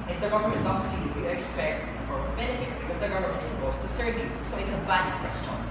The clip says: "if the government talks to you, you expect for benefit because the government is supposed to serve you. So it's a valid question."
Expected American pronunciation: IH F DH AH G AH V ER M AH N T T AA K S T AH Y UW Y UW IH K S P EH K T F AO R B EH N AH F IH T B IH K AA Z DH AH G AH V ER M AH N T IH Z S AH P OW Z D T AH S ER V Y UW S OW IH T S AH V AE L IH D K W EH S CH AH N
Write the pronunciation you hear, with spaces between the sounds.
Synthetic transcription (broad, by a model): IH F DH AH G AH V ER M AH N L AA S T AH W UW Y IH K S P EH K T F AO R B EH N AH F IH T B IH K AA Z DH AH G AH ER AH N IH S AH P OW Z T AH S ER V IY S OW IH T S AH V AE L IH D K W EH S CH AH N